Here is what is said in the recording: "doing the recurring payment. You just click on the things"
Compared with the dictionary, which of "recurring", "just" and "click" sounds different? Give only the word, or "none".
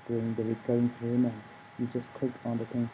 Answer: click